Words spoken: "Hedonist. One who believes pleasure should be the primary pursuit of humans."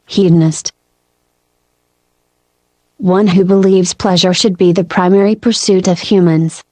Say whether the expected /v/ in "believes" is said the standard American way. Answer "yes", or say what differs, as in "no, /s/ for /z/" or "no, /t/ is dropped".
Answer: yes